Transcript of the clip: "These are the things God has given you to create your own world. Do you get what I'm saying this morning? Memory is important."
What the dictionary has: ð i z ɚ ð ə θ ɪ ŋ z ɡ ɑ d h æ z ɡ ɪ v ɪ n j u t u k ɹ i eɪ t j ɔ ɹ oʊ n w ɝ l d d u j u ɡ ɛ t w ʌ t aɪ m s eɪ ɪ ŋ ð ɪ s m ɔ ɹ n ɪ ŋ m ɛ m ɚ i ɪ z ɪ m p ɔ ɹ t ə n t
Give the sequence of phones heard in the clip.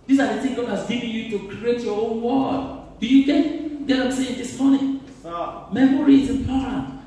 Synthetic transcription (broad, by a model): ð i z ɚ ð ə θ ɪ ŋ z ɡ ɑ d h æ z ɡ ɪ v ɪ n j u t u k ɹ i eɪ t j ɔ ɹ oʊ n w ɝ d d u j u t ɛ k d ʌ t aɪ m s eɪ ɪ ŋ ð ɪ s m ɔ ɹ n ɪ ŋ m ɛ m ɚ i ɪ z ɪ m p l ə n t